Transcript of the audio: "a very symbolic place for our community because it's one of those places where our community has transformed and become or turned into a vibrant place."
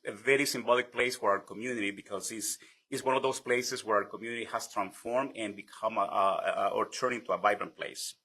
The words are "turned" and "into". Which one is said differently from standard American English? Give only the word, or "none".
turned